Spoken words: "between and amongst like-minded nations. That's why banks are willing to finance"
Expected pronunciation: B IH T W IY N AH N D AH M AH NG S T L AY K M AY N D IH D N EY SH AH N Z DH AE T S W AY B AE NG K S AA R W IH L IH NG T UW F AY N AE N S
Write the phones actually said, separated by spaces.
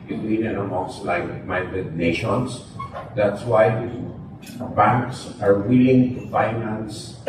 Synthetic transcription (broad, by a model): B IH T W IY N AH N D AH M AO S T L AY K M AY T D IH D N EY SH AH N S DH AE T S W AY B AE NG K S AA R W IH L IH NG T UW F AY N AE N S